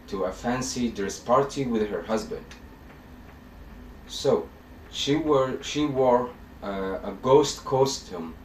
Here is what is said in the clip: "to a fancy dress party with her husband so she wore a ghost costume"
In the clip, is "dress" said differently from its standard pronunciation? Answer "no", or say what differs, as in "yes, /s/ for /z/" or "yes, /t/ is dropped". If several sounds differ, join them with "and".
yes, /ɹ/ is dropped